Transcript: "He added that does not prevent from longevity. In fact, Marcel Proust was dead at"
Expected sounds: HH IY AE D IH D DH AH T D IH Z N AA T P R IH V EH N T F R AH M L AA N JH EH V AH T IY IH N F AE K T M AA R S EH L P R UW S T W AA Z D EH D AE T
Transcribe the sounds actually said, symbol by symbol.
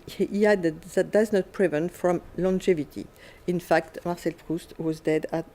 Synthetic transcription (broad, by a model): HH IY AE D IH D DH AH T D IH Z N AA T P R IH V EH N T F R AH M L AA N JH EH V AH T IY IH N F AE K T M AA R S EH L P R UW S T W AA Z D EH D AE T